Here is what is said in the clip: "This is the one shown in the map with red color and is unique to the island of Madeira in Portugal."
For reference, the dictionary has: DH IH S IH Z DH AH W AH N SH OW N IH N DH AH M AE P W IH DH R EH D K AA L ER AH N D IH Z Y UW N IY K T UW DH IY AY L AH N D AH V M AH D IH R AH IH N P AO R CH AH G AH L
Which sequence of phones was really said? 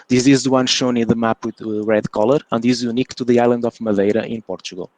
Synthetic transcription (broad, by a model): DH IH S IH Z DH AH W AH N SH OW N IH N DH AH M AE P W IH DH R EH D K AA L ER AH N D IH Z Y UW N IY K T UW DH IY AY L AH N D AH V M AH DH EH R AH IH N P AO R CH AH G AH L